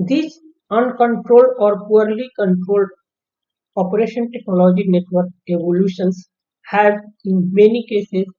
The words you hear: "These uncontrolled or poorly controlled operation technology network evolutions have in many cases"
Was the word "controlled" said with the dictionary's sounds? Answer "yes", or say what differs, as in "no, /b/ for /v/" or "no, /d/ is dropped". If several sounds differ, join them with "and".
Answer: yes